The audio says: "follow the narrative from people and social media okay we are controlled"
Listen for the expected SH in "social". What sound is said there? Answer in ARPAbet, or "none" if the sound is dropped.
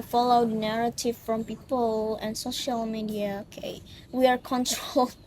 SH